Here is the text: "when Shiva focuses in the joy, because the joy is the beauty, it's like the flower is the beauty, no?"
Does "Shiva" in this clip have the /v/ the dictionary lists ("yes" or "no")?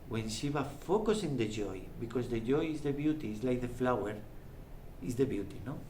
no